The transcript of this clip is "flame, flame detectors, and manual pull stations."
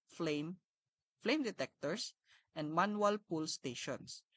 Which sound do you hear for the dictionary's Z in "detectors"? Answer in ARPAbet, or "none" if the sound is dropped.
S